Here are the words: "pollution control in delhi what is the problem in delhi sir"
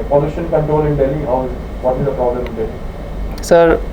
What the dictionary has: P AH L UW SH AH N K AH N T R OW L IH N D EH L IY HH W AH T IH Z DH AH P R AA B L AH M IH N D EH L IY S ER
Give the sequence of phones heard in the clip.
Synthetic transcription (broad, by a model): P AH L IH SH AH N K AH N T OW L IH N D EH L IY HH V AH T IH Z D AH P R AA B L AH M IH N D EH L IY S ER